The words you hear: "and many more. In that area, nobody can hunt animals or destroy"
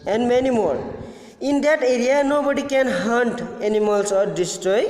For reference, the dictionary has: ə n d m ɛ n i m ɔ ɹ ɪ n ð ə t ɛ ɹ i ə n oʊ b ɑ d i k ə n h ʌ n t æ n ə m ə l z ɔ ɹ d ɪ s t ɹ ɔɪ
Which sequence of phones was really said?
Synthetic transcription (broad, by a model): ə n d m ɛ n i m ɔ l ɪ n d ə t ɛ ɹ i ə n oʊ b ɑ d i k ə n h ʌ n t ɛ n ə m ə l s ɔ ɹ d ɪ s t ɹ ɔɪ